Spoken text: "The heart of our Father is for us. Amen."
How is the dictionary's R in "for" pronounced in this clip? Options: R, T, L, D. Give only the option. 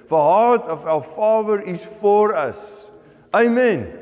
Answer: R